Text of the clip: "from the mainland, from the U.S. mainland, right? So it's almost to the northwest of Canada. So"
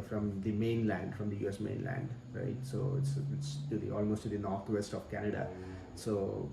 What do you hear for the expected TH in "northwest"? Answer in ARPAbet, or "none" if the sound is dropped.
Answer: T